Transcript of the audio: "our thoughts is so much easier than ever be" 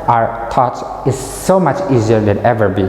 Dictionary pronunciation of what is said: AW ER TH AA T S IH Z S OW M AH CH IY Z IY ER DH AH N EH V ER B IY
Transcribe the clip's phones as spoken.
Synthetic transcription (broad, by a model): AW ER T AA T IH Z S OW M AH CH IY Z IY ER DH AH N EH V ER B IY